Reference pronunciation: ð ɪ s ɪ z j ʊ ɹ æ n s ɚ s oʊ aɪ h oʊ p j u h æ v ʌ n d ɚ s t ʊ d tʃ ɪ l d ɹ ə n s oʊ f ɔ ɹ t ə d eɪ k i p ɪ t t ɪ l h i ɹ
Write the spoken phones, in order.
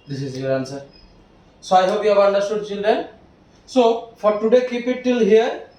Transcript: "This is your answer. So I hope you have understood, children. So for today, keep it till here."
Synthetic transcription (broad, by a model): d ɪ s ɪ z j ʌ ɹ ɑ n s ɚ s aɪ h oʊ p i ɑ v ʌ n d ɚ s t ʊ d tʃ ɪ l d ə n s oʊ f ɔ ɹ t ə d eɪ k i p ɪ t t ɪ l h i ɹ